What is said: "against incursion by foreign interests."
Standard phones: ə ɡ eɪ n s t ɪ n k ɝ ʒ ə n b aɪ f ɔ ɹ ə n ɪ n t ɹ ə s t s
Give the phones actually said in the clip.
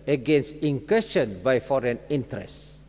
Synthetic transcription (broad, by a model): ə ɡ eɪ n s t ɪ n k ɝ ʃ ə n b aɪ f ɔ ɹ ə n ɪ n t ɹ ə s s